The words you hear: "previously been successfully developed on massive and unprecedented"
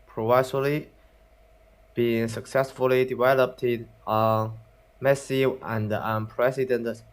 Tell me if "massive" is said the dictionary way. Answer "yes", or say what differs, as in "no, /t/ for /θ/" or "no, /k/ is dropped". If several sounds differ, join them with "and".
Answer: no, /v/ is dropped